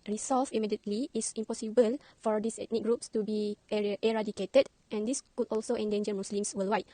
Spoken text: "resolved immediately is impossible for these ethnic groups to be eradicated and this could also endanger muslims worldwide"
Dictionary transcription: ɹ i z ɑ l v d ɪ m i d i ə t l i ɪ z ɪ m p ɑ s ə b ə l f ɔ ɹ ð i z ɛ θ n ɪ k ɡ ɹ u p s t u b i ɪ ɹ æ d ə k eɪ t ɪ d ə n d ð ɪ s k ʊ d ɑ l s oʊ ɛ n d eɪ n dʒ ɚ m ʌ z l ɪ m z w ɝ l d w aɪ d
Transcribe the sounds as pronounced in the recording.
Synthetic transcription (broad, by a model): ɹ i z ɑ l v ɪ m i d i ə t l i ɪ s ɪ m p ɑ s ə b ə l f ɔ ɹ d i s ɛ t n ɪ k ɡ ɹ u p s t u b i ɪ ɹ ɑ d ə k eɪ t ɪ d ə n d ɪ s k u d ɑ l s oʊ ɛ n d eɪ n dʒ ɚ m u s l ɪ m s w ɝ l w aɪ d